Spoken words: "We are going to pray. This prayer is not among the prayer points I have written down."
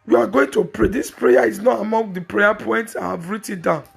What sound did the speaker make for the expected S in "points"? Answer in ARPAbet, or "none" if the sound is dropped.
S